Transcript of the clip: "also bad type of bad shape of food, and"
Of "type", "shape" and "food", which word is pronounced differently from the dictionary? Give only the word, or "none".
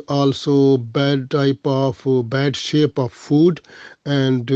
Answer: none